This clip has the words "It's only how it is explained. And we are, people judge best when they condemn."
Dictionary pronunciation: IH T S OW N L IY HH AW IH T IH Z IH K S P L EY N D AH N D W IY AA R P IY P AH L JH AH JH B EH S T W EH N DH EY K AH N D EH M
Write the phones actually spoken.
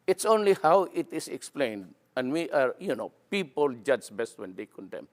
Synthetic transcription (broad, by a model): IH T S OW N L IY HH AW IH T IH S IH K S P L EY N D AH N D W IY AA R P IY P AH L JH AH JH B EH S T W EH N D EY K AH N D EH M